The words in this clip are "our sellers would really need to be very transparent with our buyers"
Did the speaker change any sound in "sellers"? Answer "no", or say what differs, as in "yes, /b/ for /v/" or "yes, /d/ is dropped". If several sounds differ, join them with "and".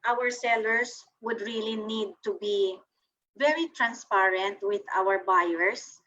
yes, /s/ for /z/